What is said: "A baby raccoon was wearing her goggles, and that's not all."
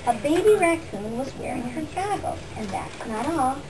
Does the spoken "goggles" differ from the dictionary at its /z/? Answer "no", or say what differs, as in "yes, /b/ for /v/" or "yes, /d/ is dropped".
yes, /z/ is dropped